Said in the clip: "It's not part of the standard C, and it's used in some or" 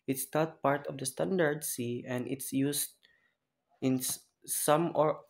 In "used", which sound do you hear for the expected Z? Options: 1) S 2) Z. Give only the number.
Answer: 1